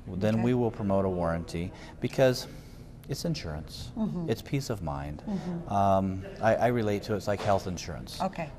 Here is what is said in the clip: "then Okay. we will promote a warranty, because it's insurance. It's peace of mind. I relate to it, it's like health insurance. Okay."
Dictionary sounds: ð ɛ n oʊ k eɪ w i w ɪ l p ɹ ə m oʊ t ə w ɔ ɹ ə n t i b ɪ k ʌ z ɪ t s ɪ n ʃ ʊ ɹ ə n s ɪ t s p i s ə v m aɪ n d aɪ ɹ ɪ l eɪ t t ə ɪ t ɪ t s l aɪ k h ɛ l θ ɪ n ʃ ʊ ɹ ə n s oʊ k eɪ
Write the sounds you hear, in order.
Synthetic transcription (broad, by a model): ð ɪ n w i w ɪ l p ɹ ə m oʊ t ə w ɔ ɹ ə n t i b ɪ k ʌ z ɪ t s ɪ n ʃ ʊ ɹ ə n s ɪ t s p i s ə v m aɪ n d aɪ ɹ ɪ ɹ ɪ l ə ɪ t ɪ t s l aɪ k h ɛ l θ ɪ n ʃ ʊ ɹ ə n s oʊ k eɪ